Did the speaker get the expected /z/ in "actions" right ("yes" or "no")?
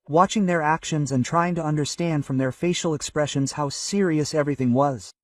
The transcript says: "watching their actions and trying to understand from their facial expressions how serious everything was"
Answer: yes